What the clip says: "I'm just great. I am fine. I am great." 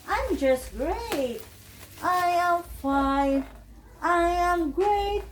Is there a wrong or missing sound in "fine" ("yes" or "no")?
yes